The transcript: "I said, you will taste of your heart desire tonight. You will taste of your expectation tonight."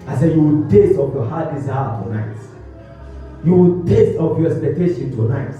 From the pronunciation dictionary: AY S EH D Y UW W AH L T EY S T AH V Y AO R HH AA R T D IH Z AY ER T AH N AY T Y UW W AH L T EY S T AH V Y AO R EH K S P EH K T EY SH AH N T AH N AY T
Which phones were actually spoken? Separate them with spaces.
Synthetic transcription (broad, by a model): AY S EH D Y UW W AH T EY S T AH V Y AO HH AA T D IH S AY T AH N AY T Y UW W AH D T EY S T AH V Y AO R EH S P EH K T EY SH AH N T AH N AY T